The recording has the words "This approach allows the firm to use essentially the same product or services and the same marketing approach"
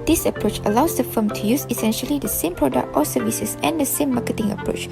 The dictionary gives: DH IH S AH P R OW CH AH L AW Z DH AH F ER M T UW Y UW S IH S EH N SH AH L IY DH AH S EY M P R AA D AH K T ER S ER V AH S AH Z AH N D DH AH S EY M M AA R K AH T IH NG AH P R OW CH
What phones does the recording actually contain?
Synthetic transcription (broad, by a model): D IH S AH P R OW CH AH L AW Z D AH F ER M T UW Y UW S IH S EH N SH AH L IY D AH S EY M P R AA D AH K T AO S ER V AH S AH S AH N D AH S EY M M AA K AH T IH NG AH P R OW CH